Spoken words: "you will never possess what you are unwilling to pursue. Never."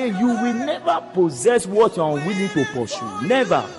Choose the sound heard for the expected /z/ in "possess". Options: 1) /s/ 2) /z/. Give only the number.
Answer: 2